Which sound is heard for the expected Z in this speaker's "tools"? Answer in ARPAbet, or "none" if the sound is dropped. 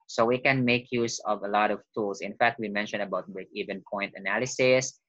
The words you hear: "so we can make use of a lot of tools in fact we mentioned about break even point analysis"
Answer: S